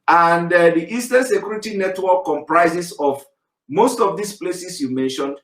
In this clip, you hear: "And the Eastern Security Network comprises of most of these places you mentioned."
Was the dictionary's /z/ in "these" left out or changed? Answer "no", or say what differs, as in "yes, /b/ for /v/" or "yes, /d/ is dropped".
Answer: yes, /s/ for /z/